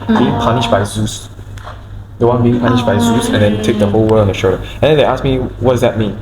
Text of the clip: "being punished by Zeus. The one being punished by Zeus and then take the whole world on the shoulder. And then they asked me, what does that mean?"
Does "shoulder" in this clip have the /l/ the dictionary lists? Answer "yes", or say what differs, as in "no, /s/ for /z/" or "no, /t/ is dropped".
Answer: no, /l/ is dropped